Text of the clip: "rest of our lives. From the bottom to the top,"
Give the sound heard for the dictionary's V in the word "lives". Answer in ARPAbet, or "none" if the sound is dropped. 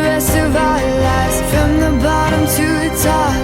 none